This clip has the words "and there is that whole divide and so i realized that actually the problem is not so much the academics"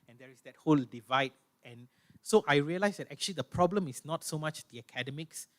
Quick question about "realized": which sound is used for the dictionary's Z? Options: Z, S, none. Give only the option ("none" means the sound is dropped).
S